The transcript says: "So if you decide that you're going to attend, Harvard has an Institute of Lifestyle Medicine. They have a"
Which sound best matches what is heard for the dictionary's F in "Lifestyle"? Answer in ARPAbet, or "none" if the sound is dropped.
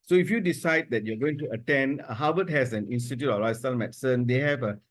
none